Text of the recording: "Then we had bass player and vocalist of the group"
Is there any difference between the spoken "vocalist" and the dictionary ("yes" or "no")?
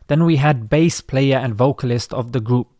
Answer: no